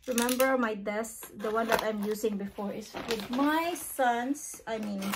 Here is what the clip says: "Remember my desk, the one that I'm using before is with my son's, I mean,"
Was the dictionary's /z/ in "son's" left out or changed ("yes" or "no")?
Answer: yes